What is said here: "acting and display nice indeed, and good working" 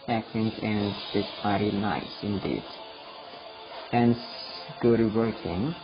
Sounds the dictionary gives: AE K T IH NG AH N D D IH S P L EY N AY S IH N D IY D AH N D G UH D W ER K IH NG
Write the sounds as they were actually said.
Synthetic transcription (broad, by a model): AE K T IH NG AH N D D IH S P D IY N AY S IH N D IY D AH N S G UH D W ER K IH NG